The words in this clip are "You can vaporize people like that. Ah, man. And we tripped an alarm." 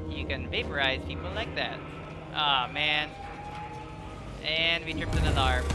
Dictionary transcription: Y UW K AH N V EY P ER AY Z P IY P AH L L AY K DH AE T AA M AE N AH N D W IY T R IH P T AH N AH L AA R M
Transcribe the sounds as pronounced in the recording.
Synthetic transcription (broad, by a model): Y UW K AH N V EY P ER AY Z P IY P L L AY K DH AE T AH M AE N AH N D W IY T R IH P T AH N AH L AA R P